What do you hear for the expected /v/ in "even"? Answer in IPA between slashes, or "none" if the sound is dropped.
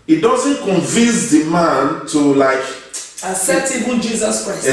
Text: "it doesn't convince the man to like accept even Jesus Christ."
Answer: /b/